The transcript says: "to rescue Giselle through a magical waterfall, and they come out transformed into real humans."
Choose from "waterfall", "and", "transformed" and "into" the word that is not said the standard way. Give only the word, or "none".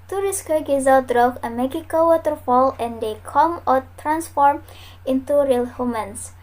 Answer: transformed